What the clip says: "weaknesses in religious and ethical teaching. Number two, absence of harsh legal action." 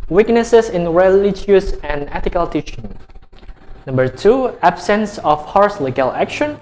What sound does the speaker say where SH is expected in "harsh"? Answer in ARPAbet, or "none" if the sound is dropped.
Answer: S